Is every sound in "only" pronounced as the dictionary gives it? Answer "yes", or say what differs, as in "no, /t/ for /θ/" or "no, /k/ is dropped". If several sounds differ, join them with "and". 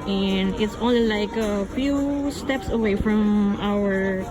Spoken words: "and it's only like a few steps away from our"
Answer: no, /n/ is dropped